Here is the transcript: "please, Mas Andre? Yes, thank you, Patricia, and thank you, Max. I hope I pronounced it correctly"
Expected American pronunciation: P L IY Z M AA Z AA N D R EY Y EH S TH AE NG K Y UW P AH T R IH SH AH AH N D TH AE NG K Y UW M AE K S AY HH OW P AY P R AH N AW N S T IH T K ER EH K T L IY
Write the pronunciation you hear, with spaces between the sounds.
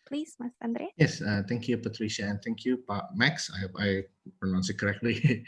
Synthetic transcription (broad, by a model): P L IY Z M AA S AA N D R EY Y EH S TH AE NG K Y UW P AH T R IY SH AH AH N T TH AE NG K Y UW M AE K S AY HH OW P AY P R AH N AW N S IH T K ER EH K T L IY